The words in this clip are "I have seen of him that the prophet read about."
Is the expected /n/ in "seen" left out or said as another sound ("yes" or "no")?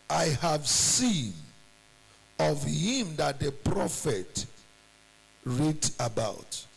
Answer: no